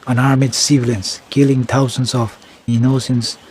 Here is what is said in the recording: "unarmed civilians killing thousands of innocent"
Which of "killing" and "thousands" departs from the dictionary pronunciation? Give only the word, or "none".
thousands